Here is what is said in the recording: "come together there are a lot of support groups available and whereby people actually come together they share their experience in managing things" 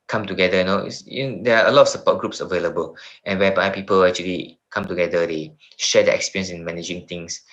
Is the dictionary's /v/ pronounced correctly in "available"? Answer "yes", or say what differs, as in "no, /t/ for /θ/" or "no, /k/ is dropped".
yes